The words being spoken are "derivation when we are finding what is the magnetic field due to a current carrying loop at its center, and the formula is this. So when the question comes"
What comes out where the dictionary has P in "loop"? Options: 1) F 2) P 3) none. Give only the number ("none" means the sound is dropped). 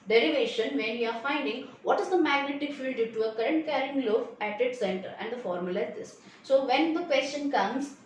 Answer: 1